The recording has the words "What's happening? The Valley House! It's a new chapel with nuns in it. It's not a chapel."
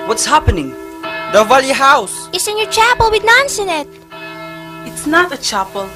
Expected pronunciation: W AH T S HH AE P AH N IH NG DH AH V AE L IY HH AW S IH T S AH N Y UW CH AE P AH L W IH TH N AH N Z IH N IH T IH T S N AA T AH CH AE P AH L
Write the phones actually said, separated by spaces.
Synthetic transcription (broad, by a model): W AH T S HH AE P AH N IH NG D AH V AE L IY HH AW S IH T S AH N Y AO CH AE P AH L W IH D N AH N S IH N IH T IH T S N AA T AH CH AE P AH L